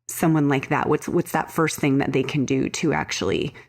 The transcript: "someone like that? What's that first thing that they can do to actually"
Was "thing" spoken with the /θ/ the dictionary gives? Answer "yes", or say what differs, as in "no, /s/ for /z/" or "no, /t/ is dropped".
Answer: yes